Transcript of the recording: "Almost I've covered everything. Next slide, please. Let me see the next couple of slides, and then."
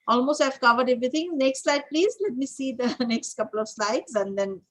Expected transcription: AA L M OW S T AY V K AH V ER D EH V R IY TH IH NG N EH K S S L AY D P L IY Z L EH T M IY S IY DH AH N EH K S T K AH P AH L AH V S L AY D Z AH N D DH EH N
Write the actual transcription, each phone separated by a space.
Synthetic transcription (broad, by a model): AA L M OW S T AY V K AH V ER D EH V R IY T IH NG N EH K S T L AY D P L IY Z L EH T M IY S IY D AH N EH K S T K AH P AH L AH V S L AY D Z AH N D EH N